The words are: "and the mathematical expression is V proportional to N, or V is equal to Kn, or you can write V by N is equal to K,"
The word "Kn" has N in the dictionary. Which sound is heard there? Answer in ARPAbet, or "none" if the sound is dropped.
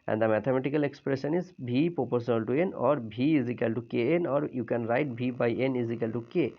N